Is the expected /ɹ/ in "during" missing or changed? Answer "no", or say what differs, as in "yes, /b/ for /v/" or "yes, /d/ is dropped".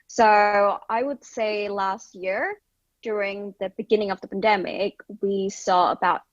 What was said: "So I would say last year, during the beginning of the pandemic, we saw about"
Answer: no